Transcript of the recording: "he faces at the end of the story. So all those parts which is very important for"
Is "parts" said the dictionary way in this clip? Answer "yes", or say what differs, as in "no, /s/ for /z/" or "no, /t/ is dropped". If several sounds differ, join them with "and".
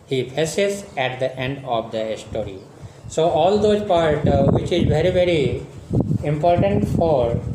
no, /s/ is dropped